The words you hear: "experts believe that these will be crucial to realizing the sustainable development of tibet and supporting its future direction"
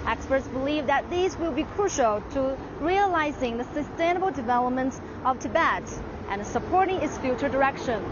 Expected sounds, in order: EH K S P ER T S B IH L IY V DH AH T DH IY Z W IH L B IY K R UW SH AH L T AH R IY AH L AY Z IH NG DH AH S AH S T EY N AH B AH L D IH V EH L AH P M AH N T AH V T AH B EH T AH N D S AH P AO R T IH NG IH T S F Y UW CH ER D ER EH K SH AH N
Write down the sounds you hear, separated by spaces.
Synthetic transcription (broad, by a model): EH K S P ER T S B IH L IY V DH AH T DH IY Z W IH L B IY K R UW SH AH L T AH R IY AH L AY Z IH NG DH AH S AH S T EY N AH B L D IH V EH L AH P M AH N T AH V T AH B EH T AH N S AH P AO R T IH NG IH T S F Y UW CH ER D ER EH K SH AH N